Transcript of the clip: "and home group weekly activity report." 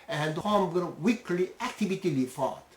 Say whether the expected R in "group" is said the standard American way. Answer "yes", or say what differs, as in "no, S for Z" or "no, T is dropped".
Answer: no, R is dropped